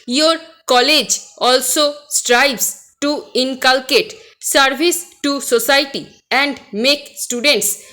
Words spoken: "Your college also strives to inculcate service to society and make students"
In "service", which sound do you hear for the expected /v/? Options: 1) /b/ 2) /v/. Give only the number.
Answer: 1